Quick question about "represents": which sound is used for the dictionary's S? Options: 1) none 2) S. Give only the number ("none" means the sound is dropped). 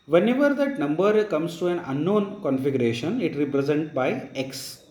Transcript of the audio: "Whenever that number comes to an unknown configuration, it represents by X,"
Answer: 1